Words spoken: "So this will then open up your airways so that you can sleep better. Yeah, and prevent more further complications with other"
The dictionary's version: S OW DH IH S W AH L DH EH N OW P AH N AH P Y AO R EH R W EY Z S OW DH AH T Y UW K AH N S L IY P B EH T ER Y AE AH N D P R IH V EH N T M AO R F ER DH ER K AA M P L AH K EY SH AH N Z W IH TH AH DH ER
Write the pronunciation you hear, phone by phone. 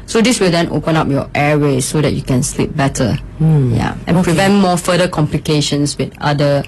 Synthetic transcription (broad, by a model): S OW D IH S W AH L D EH N OW P AH N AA P Y AO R EH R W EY S OW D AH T Y UW K AH N S L IY P B EH T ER Y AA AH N P R IH V EH N T M AO F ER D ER K AA M P L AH K EY SH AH N S W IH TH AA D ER